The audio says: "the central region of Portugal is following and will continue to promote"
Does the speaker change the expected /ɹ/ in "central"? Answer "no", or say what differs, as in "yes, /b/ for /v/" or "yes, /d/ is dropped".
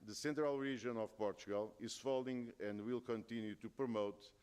no